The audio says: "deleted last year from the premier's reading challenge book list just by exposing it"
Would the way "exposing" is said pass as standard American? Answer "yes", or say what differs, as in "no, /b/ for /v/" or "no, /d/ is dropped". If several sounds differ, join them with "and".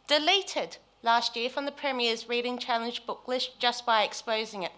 yes